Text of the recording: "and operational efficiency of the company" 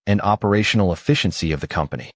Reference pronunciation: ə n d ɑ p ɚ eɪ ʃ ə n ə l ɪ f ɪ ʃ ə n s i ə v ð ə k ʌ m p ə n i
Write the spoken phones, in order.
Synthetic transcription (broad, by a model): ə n ɑ p ɚ eɪ ʃ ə n l ɪ f ɪ ʃ ə n s i ə v ð ə k ʌ m p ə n i